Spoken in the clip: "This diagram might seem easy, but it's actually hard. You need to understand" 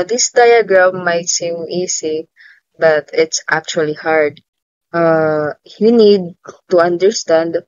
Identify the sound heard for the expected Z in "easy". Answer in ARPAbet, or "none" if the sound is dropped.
S